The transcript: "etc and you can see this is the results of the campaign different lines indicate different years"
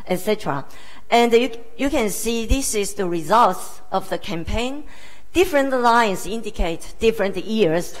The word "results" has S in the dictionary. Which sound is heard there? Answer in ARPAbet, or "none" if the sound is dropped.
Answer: S